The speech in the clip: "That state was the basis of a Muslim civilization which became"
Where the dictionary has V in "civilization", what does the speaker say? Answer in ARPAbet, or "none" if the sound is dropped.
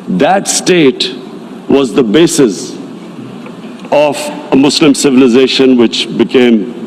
V